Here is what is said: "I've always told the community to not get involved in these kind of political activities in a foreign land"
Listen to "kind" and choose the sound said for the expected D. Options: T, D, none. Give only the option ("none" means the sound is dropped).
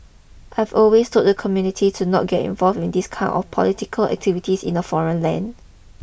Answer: none